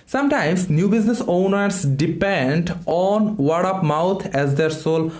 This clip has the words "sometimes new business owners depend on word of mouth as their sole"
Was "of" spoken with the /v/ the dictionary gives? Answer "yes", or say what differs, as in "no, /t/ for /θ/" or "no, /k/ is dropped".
no, /p/ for /v/